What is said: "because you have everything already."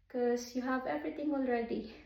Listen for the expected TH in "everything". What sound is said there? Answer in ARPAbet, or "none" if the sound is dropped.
T